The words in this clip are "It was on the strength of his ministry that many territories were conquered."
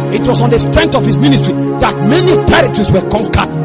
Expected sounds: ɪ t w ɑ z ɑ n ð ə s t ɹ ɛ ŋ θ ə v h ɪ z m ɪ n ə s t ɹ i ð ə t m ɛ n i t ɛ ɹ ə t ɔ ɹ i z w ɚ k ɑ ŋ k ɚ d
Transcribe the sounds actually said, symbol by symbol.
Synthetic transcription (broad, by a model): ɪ t w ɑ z ɑ n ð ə s t ɹ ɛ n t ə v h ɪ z m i n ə s t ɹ i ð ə t m ɛ n i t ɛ ɹ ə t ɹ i s w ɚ k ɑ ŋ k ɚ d